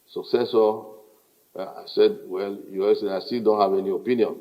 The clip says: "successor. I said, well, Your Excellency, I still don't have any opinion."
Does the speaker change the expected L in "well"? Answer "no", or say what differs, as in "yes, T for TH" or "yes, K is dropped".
no